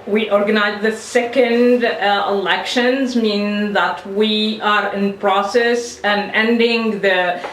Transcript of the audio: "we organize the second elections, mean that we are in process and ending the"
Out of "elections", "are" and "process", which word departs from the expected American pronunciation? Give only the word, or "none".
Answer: none